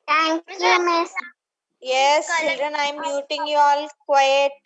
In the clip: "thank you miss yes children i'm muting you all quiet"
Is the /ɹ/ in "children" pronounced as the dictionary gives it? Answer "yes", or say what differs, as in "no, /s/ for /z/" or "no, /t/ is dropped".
yes